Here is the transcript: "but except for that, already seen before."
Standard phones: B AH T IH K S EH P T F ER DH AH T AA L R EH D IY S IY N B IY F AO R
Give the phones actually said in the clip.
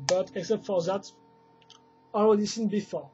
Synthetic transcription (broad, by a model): B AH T IH K S EH P T F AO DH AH T AA L R EH D IY S IY N B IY F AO